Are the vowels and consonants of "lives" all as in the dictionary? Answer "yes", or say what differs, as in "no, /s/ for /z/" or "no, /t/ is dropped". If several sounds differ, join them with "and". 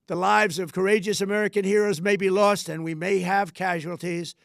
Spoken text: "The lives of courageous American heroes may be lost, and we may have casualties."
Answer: yes